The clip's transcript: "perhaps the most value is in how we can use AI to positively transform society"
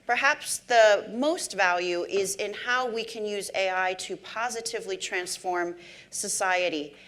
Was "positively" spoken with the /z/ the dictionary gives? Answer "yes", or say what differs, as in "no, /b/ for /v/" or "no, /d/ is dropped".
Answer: yes